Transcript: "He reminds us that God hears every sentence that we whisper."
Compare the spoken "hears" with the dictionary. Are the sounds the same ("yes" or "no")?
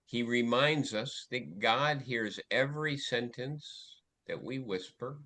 yes